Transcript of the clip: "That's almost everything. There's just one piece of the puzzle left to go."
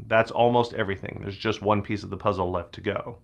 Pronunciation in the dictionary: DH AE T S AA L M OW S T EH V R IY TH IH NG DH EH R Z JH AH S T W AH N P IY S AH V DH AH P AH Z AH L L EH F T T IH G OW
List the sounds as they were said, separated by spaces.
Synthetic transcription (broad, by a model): DH AE T S AA L M OW S T EH V R IY TH IH NG DH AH R Z JH AH S T W AH N P IY S AH V DH AH P AH Z L L EH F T T IH G OW